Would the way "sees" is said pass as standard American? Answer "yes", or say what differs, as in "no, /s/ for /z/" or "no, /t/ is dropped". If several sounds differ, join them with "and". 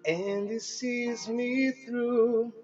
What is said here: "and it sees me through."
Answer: yes